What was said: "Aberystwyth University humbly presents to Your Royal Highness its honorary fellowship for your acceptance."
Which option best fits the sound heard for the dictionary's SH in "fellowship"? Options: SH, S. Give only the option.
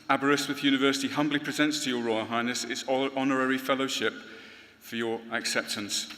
SH